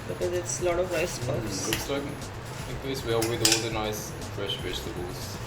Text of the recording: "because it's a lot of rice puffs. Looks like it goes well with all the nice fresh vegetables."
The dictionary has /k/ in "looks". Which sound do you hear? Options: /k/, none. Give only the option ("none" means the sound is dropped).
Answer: none